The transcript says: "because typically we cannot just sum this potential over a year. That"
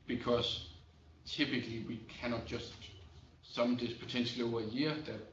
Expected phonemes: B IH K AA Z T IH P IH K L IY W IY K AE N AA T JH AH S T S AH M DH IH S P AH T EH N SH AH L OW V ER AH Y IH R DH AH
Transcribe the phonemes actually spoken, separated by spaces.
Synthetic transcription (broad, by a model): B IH K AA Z T IH P IH K L IY W IY K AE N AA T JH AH S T S AH M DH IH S P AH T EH N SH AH L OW UH AH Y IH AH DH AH